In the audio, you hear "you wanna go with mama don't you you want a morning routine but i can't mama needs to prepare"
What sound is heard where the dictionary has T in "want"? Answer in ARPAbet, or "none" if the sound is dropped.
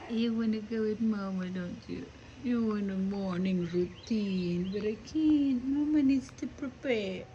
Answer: none